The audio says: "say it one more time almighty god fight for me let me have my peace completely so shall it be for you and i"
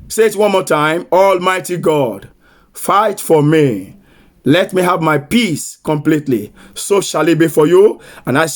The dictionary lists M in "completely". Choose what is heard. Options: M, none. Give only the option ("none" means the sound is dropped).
M